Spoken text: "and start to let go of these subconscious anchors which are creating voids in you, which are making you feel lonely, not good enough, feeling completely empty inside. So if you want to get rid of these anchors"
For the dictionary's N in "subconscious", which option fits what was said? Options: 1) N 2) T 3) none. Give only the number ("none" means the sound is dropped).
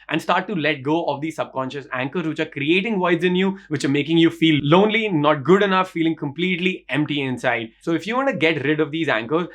1